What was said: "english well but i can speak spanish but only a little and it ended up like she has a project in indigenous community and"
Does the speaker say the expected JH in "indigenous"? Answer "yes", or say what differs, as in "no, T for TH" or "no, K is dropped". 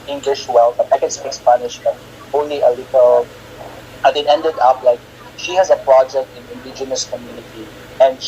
yes